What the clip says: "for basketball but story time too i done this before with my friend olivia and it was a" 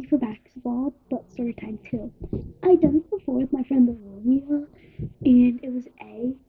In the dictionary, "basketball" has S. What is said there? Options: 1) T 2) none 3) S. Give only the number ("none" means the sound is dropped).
2